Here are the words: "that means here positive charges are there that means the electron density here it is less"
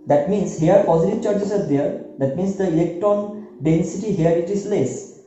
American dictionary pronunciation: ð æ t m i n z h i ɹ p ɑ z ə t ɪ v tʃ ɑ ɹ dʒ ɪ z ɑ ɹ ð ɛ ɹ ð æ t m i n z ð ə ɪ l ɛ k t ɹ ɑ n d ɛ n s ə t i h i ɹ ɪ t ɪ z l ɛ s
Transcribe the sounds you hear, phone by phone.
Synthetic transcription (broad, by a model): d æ t m i n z h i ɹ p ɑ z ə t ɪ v tʃ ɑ ɹ tʃ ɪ s ɑ ɹ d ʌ ɹ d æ t m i n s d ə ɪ l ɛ k t ɑ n d ɛ n s ə t i h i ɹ ɪ t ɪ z l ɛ s